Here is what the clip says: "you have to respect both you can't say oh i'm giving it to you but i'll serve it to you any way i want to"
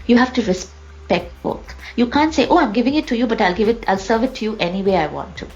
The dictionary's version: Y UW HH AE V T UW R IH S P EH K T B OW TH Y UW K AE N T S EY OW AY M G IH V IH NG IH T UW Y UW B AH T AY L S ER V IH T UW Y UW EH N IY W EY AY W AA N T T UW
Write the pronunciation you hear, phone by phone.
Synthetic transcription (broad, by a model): Y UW HH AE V T UW R IH S P EH K T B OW T Y UW K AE N T S EY OW AY M G IH V IH NG IH T UW Y UW B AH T AY L S ER V IH T UW Y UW EH N IY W EY AY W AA N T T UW